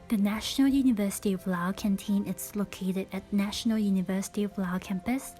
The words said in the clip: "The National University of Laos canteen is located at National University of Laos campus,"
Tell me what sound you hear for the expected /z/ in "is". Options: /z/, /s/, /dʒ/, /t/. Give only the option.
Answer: /s/